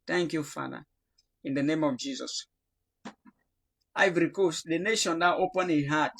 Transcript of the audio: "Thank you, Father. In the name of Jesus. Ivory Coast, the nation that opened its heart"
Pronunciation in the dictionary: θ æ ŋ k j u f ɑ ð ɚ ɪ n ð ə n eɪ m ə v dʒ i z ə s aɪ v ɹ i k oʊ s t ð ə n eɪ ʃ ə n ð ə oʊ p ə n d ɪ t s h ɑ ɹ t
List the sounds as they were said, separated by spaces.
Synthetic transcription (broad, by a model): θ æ ŋ k j u f ɑ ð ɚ ɪ n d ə n eɪ m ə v dʒ i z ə s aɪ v ɹ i k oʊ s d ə n eɪ ʃ ə n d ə oʊ p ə n ɪ h ɑ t